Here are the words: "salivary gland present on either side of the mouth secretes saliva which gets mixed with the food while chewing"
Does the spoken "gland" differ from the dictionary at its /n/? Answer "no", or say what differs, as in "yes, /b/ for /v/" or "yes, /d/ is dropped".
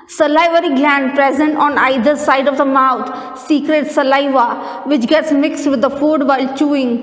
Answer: no